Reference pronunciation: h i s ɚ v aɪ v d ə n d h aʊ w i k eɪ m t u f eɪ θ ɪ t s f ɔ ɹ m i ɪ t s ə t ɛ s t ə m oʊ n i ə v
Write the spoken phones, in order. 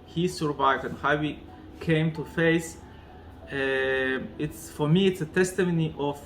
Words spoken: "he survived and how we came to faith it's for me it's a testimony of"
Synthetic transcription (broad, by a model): h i s ɚ v aɪ v d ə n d h aʊ w i k eɪ m t u f eɪ s ɪ t s f ɔ ɹ m i ɪ t s ə t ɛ s t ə m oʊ n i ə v